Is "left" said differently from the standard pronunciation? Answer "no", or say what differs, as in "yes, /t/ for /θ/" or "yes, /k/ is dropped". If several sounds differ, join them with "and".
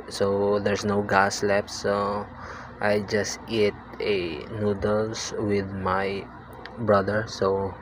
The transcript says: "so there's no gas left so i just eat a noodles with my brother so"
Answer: yes, /p/ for /f/